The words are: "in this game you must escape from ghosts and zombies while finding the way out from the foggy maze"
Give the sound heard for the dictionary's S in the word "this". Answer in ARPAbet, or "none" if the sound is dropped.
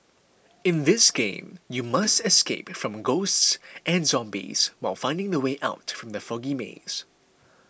S